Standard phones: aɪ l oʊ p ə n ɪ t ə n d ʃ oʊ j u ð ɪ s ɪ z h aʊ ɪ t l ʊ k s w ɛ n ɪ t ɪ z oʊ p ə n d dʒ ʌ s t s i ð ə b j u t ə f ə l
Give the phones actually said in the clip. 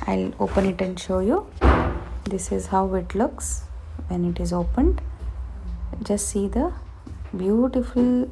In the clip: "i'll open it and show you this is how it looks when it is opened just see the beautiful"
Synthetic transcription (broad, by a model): aɪ l oʊ p ə n ɪ t ə n d ʃ oʊ j u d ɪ s ɪ z h aʊ ɪ t l ʊ k s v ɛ n ɪ t ɪ z oʊ p ə n d dʒ ʌ s t s i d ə b j u t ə f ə l